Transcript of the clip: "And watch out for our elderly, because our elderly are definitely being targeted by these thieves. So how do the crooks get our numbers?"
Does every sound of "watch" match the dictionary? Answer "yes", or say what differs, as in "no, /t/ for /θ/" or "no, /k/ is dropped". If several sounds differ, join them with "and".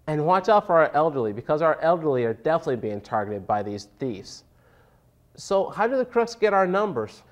yes